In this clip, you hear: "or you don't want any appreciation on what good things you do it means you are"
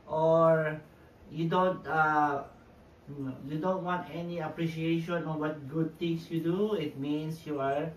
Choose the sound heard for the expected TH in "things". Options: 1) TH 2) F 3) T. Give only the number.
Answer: 3